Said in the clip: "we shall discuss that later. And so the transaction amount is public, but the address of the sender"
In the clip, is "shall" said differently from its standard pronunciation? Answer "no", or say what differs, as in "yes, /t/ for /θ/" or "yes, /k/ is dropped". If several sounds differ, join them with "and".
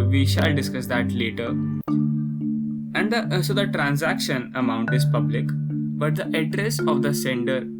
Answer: no